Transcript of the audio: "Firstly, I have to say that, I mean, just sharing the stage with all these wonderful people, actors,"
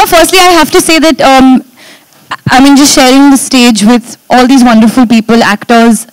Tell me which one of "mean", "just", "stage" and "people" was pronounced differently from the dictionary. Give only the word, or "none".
none